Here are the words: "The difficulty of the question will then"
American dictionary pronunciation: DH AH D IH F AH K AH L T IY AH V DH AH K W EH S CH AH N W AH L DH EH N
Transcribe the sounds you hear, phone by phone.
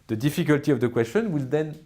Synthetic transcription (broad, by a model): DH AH D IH F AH K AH L T IY AH V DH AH K W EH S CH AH N W AH L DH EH N